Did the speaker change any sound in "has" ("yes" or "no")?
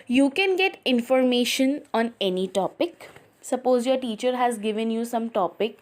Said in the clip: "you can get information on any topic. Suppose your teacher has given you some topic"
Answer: no